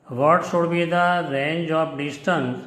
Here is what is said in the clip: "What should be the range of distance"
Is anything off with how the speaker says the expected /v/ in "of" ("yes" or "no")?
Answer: yes